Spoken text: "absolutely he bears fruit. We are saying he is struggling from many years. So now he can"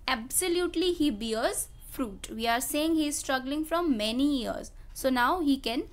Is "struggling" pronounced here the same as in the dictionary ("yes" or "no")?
yes